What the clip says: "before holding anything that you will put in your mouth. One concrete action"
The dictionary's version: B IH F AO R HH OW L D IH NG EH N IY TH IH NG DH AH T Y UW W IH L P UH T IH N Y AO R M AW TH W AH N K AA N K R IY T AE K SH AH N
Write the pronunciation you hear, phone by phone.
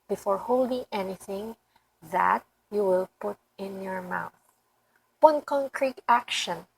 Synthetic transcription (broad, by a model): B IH F AO R HH OW L D IH NG EH N IY TH IH NG DH AH T Y UW W IH L P UH T IH N Y AO R M AW TH W AH N K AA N K R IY T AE K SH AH N